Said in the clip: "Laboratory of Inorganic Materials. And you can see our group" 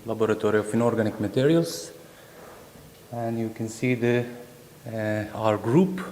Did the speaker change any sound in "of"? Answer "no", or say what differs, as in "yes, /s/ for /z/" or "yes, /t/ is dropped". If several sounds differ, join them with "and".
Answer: yes, /f/ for /v/